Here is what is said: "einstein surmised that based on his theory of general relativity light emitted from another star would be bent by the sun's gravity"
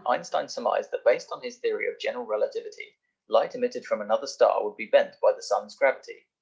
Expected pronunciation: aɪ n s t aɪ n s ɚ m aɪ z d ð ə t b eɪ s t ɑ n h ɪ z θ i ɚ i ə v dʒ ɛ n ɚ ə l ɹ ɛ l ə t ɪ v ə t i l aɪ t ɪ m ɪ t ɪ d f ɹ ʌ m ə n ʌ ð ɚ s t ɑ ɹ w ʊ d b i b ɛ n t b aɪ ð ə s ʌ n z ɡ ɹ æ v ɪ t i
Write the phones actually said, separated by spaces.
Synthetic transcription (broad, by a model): aɪ n s t aɪ n s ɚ m aɪ z ð ə t b eɪ s t n ɪ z θ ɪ ɚ i ə v dʒ ɛ n ɚ ə l ɹ ɛ l ə t ɪ v ə t i l aɪ t ɪ m ɪ t ɪ d f ɹ ʌ m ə n ʌ ð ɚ s t ɑ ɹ w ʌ d b i b ɛ n t b aɪ ð ə s ʌ n z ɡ ɹ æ v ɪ t i